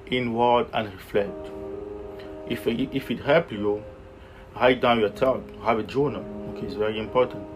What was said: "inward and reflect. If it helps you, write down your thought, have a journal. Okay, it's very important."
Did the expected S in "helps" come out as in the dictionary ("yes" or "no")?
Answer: no